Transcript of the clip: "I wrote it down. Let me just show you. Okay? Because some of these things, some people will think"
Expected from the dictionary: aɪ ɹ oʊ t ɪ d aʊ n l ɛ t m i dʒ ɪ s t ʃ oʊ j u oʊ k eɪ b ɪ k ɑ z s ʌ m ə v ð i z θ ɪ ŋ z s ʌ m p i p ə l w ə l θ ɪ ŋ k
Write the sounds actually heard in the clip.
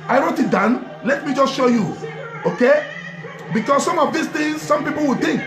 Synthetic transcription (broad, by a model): aɪ ɹ oʊ t ɪ d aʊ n l ɛ t m i dʒ ɪ s t ʃ oʊ j u oʊ k eɪ b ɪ k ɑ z s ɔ m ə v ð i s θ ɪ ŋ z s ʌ m p i p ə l w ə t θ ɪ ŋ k